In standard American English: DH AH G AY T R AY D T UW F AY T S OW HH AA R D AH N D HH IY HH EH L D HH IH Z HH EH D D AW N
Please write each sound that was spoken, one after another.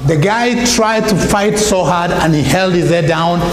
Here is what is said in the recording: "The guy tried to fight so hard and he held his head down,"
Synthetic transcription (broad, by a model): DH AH G AY T R AY D T UW F AY T S OW HH AA R D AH N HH IY HH EH L D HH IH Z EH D D AW N